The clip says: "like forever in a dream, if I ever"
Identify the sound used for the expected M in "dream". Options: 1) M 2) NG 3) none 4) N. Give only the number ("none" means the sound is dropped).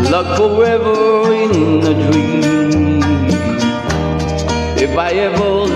3